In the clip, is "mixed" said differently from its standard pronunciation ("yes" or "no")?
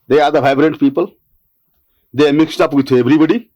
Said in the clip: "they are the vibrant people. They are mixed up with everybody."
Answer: no